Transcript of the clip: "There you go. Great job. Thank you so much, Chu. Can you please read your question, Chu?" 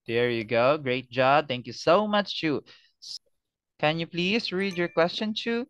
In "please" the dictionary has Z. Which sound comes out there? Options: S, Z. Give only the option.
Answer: S